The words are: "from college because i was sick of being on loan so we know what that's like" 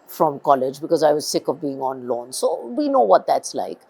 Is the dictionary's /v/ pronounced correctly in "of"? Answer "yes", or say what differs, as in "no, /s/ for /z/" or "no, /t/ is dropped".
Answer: yes